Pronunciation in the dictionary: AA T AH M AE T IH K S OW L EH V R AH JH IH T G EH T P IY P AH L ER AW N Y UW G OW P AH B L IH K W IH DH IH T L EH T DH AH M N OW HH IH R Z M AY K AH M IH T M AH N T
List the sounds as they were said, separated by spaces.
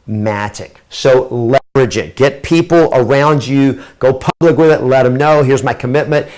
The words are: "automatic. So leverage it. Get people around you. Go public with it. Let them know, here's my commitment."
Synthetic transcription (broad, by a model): M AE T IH K S OW L EH V R AH JH IH T G EH T P IY P L ER AW N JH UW G OW P AH B L IH K W IH DH IH T L EH T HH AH M N OW HH IH R Z M AY K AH M IH T M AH N T